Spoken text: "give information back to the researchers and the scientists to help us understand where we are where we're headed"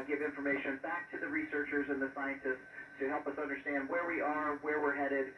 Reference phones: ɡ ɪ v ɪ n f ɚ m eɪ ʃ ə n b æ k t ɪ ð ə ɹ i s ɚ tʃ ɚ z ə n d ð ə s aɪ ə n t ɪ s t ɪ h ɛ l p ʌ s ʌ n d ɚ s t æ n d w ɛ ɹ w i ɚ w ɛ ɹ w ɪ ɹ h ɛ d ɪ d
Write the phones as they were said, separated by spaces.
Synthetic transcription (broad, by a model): ɡ ɪ v ɪ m f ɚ m eɪ ʃ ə n b æ k t ɪ ð ə ɹ i s ɚ tʃ ɚ z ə n ð ə s aɪ ə n t ɪ s t ɪ h ɛ l p ʌ s ʌ n d ɚ s t æ n d w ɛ ɹ w i ɚ w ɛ ɹ w ɪ ɹ h ɛ d ɪ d